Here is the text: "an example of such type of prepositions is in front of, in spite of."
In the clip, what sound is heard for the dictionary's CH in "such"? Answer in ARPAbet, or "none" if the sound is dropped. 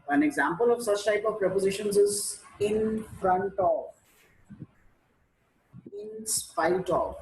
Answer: CH